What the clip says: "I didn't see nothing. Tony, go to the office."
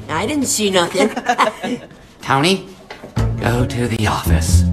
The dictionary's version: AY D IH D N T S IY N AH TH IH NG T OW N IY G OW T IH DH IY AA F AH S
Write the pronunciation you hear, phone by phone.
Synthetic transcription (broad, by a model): AY D IH D N T S IY N AH TH IH NG T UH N IY G OW T IH DH IY AA F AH S